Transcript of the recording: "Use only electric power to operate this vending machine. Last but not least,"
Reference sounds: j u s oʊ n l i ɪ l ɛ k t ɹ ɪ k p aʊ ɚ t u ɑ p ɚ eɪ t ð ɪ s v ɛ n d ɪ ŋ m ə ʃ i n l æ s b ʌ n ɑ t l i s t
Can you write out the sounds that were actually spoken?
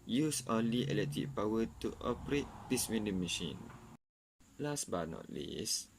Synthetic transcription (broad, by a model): j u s oʊ n l i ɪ l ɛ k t ɪ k p aʊ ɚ t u ɑ p ɚ eɪ t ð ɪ s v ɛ n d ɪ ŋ m ə ʃ i n l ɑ s b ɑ n ɑ t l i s